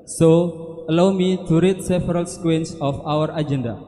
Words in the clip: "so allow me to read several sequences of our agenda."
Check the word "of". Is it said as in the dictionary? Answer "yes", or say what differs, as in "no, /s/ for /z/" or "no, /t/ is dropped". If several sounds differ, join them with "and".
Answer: no, /w/ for /v/